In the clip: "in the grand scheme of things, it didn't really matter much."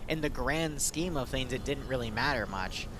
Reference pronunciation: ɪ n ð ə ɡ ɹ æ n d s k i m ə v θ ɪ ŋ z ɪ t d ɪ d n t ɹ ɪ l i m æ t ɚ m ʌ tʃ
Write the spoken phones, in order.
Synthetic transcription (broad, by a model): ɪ n ð ə ɡ ɹ æ n d s k i m ə v θ ɪ ŋ z ɪ t d ɪ d n t ɹ ɪ l i m æ t ɚ m ʌ tʃ